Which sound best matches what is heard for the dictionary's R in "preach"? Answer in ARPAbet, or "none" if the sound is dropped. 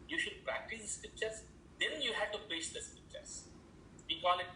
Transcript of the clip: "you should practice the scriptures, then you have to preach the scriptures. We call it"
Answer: none